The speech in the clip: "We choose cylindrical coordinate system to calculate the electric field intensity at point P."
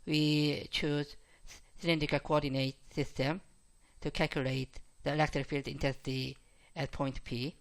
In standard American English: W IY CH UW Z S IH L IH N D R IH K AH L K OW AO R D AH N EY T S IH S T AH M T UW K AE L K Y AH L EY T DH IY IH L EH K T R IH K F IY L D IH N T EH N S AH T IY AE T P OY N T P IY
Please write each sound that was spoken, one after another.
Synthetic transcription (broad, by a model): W IY CH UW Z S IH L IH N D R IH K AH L K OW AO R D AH N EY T S IH S T AH M T UW K AE L K Y AH L EY T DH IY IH L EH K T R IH F IY L D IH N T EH S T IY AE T P OY N T P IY